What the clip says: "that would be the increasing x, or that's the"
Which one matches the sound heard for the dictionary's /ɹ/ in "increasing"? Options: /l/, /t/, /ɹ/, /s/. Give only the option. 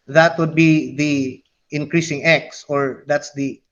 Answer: /ɹ/